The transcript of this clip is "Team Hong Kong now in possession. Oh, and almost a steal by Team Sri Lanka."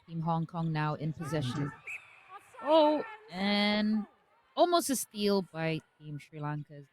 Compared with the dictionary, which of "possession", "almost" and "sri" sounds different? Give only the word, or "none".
none